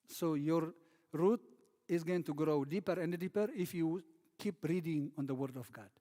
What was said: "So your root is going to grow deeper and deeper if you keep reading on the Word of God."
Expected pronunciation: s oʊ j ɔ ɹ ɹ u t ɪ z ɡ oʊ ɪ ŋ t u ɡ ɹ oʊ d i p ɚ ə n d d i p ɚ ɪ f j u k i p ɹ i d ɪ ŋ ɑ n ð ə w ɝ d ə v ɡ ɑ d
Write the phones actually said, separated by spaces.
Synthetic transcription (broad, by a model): s oʊ j ɔ ɹ ɹ u t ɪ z ɡ oʊ ɪ ŋ t u ɡ ɹ oʊ d i p ɚ ə n d d i p ɚ ɪ f j u k i p ɹ i d ɪ ŋ ɑ n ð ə w ɝ d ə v ɡ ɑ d